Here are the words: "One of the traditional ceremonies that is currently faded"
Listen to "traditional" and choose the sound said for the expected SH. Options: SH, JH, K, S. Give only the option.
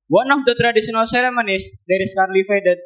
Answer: S